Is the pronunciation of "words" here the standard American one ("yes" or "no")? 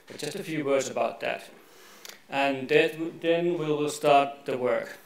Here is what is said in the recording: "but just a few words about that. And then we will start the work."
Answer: yes